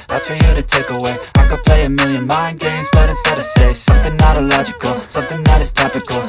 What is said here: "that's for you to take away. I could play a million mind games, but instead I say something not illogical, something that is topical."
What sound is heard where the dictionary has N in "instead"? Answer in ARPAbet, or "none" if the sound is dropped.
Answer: none